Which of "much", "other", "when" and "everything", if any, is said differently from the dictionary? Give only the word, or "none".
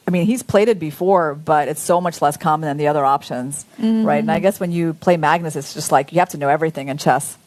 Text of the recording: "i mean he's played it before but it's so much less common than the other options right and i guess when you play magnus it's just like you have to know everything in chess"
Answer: none